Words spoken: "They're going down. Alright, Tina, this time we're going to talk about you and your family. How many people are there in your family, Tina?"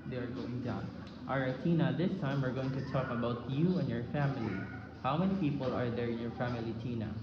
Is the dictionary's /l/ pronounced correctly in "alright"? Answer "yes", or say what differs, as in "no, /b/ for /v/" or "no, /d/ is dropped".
no, /l/ is dropped